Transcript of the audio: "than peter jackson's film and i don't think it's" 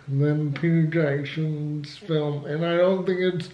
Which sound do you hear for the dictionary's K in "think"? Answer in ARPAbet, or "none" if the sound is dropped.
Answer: K